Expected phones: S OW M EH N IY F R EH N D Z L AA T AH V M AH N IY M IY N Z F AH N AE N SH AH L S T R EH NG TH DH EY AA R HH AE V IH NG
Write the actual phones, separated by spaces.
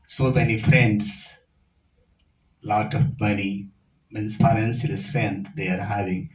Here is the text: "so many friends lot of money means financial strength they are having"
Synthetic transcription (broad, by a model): S OW M EH N IY F R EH N D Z L AA T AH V M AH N IY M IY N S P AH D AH N S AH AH S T R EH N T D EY AA R HH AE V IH NG